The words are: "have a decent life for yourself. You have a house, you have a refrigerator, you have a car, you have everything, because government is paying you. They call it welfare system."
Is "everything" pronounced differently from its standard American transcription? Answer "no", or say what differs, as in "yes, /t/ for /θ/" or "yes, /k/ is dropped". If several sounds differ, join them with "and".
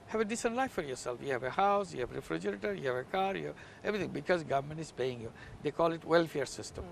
yes, /t/ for /θ/